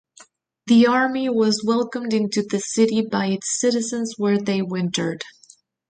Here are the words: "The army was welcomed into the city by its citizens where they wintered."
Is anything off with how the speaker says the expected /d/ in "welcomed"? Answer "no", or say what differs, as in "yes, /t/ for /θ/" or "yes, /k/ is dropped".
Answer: no